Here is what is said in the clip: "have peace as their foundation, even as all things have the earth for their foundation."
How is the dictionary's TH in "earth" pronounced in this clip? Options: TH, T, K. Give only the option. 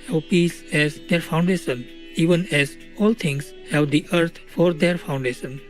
T